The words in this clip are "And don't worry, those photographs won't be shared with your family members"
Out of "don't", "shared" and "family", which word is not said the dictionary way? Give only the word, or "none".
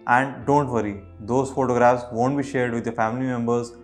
none